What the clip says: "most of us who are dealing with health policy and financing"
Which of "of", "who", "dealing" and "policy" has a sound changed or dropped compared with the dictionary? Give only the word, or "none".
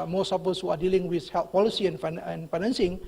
of